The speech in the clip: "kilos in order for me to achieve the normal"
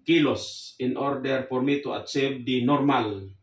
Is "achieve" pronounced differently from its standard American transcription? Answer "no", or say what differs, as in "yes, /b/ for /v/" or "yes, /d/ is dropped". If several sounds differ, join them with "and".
yes, /s/ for /tʃ/